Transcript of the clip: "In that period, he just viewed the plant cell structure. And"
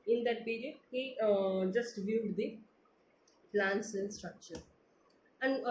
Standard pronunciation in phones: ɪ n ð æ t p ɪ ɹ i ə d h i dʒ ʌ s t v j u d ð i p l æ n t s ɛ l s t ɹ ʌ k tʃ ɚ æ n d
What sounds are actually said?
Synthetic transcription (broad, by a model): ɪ n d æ t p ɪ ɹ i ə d h i dʒ ʌ s t v j u d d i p l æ n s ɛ n s t ɹ ʌ k tʃ ɚ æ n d